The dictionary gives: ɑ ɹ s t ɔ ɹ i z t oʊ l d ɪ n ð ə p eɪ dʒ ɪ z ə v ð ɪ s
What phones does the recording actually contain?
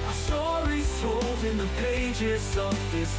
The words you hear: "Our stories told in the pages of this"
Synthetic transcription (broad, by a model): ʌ s t ɔ ɹ i z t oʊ l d ɪ n ð ə p eɪ dʒ ɪ z ə v ð ɪ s